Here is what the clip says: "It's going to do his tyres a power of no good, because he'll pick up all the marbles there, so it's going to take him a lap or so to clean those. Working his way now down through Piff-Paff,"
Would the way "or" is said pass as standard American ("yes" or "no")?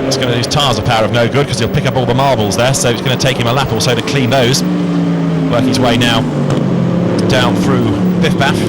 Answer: no